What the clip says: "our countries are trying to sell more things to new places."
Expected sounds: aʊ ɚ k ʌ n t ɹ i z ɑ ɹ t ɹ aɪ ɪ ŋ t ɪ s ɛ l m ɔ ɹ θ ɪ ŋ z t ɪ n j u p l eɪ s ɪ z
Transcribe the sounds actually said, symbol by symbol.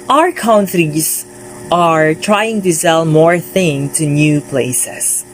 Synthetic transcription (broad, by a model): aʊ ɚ k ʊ n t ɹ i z ɑ ɹ t ɹ aɪ ɪ ŋ t ɪ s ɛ l m ɔ ɹ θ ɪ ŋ t ɪ n j u p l eɪ s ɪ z